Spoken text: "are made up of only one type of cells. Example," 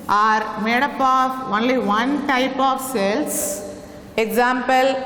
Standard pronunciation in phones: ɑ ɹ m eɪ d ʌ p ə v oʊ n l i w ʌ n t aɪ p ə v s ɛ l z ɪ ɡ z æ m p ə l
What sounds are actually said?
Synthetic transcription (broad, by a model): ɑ ɹ m eɪ d ʌ p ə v oʊ n l i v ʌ n t aɪ p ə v s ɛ l s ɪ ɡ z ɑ m p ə l